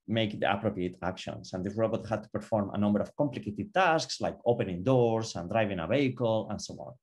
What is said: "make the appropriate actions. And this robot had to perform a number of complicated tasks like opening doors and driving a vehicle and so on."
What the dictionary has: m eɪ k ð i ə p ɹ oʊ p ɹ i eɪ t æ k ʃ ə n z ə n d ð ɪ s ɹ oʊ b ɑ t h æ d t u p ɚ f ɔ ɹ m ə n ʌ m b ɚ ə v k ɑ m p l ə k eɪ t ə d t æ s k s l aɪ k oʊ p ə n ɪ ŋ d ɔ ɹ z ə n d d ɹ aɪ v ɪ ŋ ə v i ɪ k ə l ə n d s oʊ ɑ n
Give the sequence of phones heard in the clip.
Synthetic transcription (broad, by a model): m eɪ k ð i ə p ɹ oʊ p ɹ i eɪ t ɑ k ʃ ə n s ə n d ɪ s ɹ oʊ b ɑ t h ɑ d t u p ɚ f ɔ ɹ m ə n ʌ m b ɚ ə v k ɑ m p l ə k eɪ t ə d t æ s k s l aɪ k oʊ p ə n ɪ ŋ d ɔ ɹ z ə n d d ɹ aɪ v ɪ ŋ ə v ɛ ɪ k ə l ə n s oʊ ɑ n